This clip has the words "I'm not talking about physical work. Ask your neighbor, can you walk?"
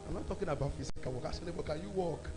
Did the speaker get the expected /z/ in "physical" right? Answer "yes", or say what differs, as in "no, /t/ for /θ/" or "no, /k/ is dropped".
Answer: no, /s/ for /z/